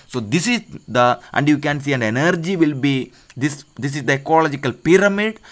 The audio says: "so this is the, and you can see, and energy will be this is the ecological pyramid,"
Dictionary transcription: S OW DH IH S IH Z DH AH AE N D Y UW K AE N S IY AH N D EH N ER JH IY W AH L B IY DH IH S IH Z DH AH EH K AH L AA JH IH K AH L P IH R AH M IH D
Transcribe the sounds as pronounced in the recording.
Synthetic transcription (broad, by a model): S OW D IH S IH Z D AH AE N D Y UW K AE N S IY AH N D EH N ER JH IY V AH L B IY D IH S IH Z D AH EH K AH L AA JH IH K AH L P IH R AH M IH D